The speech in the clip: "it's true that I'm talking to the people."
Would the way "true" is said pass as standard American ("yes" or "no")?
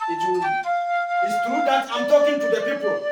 no